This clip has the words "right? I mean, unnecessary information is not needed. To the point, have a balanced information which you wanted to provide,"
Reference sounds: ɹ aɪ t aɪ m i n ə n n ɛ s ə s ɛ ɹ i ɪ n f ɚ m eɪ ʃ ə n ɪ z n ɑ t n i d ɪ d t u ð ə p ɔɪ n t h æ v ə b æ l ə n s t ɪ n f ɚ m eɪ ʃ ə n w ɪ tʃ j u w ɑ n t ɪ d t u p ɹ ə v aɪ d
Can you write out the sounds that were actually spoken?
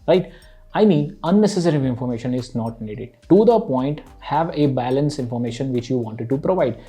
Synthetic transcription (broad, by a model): ɹ aɪ t aɪ m i n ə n n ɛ s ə s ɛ ɹ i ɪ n f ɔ m eɪ ʃ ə n ɪ z n ɑ t n i d ɪ d t u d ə p ɔɪ n t h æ v ə b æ l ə n s ɪ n f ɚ m eɪ ʃ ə n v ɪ tʃ j u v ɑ n t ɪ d t u p ɹ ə v aɪ d